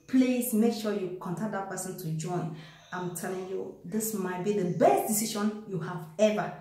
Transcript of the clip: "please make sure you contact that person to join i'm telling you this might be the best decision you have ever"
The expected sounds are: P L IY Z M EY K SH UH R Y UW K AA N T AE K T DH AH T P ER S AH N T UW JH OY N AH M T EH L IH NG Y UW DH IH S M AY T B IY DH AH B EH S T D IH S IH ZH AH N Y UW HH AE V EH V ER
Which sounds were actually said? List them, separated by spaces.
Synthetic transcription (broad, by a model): P L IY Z M EY K SH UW Y UW K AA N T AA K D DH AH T P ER S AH N T UW JH OY N AH M T EH L IH NG Y UW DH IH S M AY T B IY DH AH B EH S T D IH S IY SH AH N Y UW HH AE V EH V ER